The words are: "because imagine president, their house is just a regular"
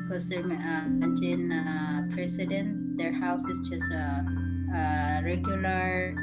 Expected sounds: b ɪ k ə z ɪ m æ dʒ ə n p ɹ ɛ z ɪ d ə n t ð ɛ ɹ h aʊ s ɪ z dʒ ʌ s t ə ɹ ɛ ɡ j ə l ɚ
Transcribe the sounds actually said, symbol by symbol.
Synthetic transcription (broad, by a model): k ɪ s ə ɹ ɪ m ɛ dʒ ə n p ɹ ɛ s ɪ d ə n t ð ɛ ɹ h aʊ s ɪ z dʒ ʌ s t ə ɹ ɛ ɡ j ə l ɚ